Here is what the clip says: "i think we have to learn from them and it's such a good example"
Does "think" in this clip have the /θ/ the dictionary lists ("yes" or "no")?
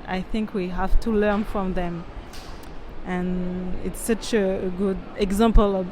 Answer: yes